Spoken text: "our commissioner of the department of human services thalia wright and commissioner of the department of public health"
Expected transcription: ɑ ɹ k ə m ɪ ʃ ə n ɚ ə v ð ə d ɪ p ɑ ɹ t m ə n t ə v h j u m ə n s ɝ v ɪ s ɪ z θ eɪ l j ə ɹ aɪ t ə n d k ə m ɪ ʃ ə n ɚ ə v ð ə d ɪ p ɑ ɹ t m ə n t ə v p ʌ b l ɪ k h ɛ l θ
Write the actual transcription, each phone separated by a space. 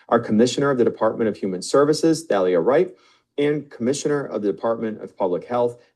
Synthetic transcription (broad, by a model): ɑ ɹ k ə m ɪ ʃ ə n ɚ ə v ð ə d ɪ p ɑ ɹ t m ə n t ə v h j u m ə n s ɝ v ɪ s ɪ z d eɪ l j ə ɹ aɪ t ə n k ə m ɪ ʃ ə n ɚ ə v ð ə d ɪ p ɑ ɹ t m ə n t ə v p ʌ b l ɪ k h ɛ l θ